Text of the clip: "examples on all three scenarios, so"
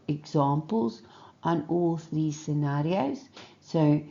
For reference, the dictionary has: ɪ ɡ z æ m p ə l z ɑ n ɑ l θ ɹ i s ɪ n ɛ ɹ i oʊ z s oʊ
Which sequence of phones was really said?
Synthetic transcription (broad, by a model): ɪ ɡ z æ m p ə l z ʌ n ɑ l θ ɹ i s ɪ n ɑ ɹ i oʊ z s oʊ